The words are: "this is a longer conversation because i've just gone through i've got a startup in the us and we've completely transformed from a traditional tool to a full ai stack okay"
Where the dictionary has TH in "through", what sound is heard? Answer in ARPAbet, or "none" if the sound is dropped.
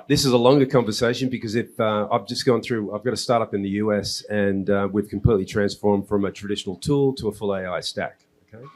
TH